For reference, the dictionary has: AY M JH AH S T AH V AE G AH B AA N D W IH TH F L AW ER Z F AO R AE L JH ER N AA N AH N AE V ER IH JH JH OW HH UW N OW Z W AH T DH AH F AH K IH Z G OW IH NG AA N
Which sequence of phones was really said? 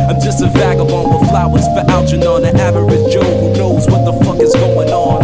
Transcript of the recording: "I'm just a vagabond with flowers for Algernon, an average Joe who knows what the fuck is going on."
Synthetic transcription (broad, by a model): AY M JH AH S T AH V AE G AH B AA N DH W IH F L AW ER Z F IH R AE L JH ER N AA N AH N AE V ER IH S JH OW HH UW N OW Z W AH T DH AH F AH K IH Z G OW IH NG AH N